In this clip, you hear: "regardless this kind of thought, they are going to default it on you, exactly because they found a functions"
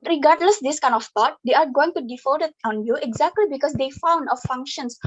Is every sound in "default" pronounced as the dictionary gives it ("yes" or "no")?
no